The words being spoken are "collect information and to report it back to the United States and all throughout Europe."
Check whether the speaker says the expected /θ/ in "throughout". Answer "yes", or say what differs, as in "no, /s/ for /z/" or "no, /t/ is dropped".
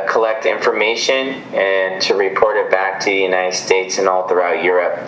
yes